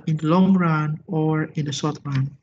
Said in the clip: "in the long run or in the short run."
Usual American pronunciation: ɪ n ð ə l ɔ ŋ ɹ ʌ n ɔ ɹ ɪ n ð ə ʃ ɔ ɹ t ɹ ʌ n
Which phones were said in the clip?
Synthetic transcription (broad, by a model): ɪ n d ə l ɔ ŋ ɹ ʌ n ɔ ɹ ɪ n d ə s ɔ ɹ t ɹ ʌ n